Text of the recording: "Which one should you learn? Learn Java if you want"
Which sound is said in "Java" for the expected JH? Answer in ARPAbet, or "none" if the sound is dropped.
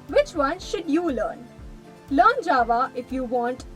JH